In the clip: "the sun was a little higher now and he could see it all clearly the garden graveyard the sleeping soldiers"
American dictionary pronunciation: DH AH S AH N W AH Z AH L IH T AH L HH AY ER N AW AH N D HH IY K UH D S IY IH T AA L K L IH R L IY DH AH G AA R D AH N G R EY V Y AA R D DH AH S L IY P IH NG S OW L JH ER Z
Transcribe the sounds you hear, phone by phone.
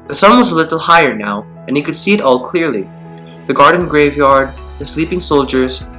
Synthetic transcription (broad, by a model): DH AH S AH N W AH Z AH L IH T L HH AY ER N AW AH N HH IY K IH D S IY IH T AA L K L IH R L IY DH AH G AA R D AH N G R EY V Y AA R D DH AH S L IY P IH NG S OW L JH ER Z